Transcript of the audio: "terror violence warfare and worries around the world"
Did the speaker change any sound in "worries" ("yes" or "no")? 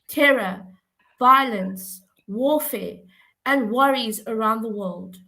no